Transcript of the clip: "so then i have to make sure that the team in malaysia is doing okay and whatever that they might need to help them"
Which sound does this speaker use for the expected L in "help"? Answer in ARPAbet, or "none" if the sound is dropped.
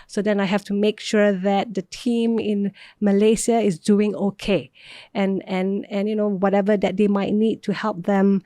L